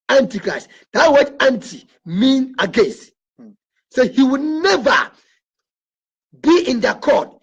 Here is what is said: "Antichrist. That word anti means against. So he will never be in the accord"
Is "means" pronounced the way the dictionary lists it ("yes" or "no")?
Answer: no